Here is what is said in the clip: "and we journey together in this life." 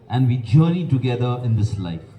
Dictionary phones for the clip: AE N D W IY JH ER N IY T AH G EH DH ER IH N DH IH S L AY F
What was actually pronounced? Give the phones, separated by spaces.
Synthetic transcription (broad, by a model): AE N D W IY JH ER IY T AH G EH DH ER IH N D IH S L AY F